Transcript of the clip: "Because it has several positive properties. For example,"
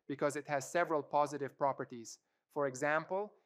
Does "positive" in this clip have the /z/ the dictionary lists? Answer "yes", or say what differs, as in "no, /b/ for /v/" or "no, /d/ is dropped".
yes